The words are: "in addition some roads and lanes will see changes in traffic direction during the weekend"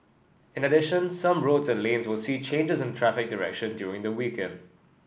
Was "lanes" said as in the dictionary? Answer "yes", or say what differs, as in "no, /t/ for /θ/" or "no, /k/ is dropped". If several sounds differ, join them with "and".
yes